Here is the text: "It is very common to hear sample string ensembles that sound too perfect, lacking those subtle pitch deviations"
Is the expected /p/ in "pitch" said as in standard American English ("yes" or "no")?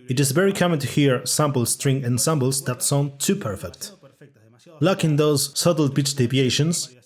no